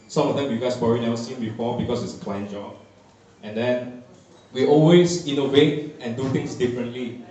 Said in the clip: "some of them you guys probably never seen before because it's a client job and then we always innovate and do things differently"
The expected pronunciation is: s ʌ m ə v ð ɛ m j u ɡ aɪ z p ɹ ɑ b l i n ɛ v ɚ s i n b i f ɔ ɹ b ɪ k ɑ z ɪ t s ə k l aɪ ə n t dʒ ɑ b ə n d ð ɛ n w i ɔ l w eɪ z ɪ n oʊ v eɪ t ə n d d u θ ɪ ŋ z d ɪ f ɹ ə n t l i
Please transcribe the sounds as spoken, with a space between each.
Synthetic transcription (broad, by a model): s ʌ m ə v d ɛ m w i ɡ aɪ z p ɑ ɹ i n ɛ ʊ s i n b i f ɔ b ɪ k ɑ s ɪ t s ə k l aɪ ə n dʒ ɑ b ə n d ɛ n w i ɔ l w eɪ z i n oʊ v eɪ t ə n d d u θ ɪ ŋ s d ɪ f ɹ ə n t l i